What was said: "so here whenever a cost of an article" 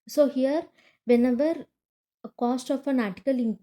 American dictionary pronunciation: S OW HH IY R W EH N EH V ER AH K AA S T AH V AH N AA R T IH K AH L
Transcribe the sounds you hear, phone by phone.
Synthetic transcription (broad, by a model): S OW HH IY R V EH N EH V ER K AA S T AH F AH N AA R T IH K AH L